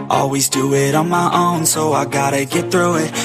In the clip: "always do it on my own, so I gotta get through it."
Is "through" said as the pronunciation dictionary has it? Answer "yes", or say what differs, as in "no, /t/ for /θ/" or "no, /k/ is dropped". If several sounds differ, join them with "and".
yes